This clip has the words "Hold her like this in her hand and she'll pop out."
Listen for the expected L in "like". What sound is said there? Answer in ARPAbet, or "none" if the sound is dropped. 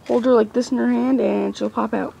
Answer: L